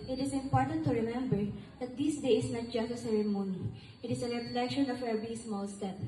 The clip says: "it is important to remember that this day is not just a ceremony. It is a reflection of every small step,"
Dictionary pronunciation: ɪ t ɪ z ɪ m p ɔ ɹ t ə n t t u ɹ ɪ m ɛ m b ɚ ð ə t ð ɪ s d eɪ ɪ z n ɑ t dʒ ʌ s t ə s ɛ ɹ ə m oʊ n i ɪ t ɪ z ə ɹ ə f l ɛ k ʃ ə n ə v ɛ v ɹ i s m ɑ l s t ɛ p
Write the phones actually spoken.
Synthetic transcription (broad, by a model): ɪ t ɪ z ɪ m p ɔ ɹ t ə n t t u ɹ ɪ m ɛ m b ɚ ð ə t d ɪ s d eɪ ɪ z n ɑ t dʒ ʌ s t ə s ɛ ɹ ə m oʊ n i ɪ t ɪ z ə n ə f l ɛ k ʃ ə n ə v ɛ v ɹ i s m ɑ l s t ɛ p